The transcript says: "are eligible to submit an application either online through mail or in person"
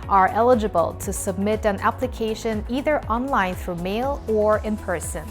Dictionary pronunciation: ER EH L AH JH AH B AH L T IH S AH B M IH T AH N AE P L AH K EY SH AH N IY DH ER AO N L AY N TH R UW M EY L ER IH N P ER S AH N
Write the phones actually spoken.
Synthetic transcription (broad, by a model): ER EH L AH JH AH B AH L T IH S AH B M IH T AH N AE P L AH K EY SH AH N IY DH ER AO N L AY N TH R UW M EY L ER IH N P ER S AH N